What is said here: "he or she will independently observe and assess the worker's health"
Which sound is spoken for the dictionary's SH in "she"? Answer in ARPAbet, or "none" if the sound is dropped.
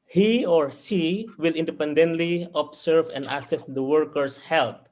S